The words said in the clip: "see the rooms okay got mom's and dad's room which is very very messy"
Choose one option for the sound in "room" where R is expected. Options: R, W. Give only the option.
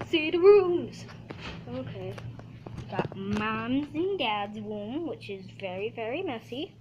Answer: W